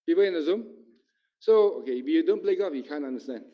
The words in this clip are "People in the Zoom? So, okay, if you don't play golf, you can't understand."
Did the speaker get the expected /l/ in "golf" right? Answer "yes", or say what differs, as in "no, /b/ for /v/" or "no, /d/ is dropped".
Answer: no, /l/ is dropped